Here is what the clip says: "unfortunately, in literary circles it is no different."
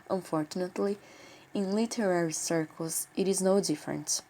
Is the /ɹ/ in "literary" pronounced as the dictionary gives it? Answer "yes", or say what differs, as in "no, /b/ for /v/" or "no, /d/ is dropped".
yes